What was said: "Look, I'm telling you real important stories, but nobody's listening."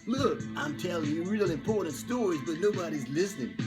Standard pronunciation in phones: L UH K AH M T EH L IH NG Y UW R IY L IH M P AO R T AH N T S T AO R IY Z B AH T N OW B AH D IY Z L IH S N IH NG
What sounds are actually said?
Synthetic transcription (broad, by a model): L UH K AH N T EH L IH R IY L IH M P AO R T N T S T AO R IY Z B AH T L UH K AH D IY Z L IH S N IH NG